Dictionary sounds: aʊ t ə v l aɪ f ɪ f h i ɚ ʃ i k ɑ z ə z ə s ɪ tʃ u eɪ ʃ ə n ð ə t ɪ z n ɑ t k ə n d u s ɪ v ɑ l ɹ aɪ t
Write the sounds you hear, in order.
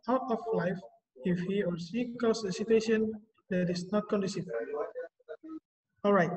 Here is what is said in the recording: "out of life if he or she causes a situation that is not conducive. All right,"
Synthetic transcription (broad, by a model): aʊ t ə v l aɪ f ɪ f h i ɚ s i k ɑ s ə ə s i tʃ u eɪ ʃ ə n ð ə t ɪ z n ɑ t k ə n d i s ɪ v ɑ l ɹ aɪ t